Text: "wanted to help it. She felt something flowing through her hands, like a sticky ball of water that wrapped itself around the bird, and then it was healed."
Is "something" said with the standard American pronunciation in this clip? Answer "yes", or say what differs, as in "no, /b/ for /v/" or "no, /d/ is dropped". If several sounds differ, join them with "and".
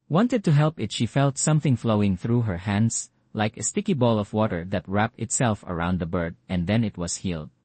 yes